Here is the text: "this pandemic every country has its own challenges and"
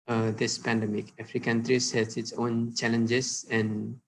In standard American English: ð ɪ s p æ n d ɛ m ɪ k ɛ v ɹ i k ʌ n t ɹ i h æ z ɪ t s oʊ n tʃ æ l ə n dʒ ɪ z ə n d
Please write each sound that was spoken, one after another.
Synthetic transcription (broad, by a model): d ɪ s p æ n d ɛ m ɪ k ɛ f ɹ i k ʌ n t ɹ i h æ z ɪ t s oʊ n tʃ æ l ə n dʒ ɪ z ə n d